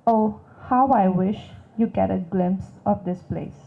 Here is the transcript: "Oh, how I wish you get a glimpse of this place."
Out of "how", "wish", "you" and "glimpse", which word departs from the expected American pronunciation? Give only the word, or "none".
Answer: none